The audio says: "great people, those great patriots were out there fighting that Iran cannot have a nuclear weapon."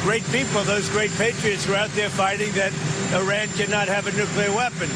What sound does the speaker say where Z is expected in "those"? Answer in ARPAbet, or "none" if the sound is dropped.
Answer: Z